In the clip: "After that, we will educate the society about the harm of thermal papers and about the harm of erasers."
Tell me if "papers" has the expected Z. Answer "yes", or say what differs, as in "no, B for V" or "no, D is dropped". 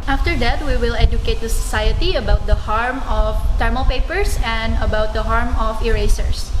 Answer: no, S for Z